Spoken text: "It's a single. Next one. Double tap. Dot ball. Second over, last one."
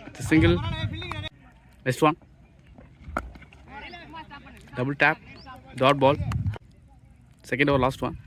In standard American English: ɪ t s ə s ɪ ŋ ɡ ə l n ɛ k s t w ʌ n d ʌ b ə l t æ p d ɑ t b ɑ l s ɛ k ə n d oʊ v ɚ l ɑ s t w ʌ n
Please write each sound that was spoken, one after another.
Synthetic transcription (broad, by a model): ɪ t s ə s ɪ ŋ ɡ ə l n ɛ s t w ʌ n d ʌ b ə l t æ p d ɑ t b ɑ l s ɛ k ə n d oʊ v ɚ l ɑ s t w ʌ n